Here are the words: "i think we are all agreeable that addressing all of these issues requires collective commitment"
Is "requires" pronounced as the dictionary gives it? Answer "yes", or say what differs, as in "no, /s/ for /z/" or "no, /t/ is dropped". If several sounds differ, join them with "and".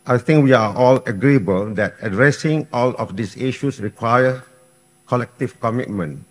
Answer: no, /z/ is dropped